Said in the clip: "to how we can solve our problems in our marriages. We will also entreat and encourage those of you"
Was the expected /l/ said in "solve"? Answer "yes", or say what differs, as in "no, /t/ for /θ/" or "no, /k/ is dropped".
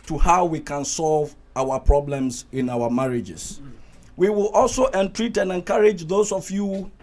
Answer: yes